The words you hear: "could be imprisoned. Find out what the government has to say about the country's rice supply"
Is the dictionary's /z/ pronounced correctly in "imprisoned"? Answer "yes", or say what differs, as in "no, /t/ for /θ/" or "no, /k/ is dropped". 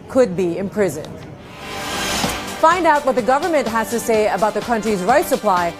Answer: yes